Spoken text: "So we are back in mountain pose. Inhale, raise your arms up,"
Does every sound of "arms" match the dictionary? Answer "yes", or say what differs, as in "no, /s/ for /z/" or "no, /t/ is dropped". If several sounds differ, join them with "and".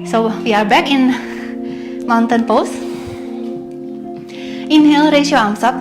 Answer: no, /s/ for /z/